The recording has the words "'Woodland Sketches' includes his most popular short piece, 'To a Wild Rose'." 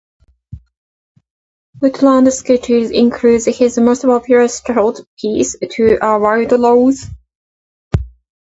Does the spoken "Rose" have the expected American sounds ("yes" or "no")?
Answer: no